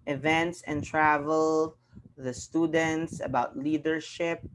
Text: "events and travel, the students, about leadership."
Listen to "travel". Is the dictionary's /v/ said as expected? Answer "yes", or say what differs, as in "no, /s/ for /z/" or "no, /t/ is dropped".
yes